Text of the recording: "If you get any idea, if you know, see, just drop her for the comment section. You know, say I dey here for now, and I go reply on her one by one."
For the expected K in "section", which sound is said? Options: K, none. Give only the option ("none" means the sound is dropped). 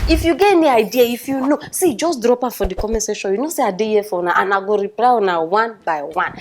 none